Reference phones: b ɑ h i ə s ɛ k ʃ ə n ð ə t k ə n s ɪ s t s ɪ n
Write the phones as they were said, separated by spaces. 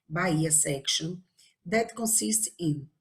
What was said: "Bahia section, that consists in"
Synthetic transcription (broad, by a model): b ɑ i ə s ɛ k ʃ ə n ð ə t k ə n s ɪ s t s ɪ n